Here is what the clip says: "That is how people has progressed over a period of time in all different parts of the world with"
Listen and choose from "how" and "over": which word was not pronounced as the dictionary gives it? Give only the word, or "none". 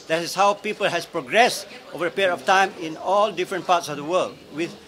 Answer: none